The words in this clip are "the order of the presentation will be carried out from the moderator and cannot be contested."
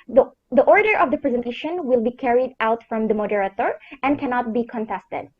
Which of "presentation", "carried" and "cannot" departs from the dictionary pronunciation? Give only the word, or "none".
none